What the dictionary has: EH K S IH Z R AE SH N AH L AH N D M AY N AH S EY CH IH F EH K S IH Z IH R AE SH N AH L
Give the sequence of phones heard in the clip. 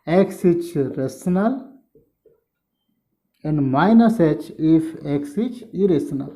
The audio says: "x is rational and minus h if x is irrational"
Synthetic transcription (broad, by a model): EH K S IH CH R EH S N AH L AH N D M AY N AH S EY CH IH F EH K S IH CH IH R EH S N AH L